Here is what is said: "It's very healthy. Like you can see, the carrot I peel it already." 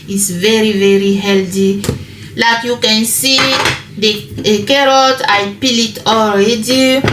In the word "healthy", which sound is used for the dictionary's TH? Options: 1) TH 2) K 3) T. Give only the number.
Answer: 3